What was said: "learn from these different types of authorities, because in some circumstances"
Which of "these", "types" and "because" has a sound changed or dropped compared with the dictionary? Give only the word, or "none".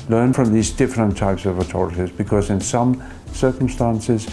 none